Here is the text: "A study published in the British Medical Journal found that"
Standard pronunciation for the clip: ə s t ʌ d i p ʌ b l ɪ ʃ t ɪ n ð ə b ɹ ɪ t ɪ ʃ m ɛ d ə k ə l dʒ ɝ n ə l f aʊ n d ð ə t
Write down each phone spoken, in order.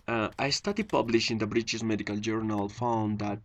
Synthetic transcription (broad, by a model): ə s t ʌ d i p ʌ b l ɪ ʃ ɪ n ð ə b ɹ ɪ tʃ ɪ s m ɛ d ə k ə l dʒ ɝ n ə l f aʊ n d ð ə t